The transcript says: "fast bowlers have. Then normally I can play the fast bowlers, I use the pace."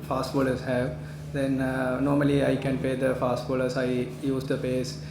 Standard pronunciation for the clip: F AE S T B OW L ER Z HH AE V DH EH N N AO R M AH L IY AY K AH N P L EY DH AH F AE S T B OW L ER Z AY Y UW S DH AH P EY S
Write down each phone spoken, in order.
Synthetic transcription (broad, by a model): F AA S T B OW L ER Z HH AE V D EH N N AO R M AH L IY AY K AH N P EY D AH F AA S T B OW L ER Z AY Y UW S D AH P EY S